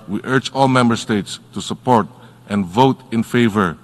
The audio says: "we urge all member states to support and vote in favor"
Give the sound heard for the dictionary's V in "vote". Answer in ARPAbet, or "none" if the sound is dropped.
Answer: V